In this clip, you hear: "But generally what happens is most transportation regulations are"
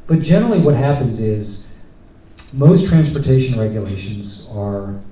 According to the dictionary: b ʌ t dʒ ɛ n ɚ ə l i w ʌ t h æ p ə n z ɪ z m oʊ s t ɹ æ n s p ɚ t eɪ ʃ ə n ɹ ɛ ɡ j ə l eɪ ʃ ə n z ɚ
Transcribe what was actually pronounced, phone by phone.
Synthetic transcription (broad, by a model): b ʌ t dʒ ɛ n ɚ l i w ʌ t h æ p ə n z ɪ z m oʊ s t ɹ æ n s p ɚ t eɪ ʃ ə n ɹ ɛ ɡ j ə l eɪ ʃ ə n z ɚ